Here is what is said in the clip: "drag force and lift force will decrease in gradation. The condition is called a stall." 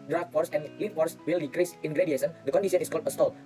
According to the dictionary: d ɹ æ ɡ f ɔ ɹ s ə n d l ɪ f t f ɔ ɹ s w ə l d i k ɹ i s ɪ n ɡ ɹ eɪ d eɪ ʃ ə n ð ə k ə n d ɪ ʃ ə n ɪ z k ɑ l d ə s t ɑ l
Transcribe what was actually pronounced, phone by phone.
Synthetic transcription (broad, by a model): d ɹ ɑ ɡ f ɔ ɹ s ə n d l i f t f ɔ ɹ s w ə l d i k ɹ i s ɪ n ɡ ɹ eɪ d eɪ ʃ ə n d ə k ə n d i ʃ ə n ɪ s k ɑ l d ə s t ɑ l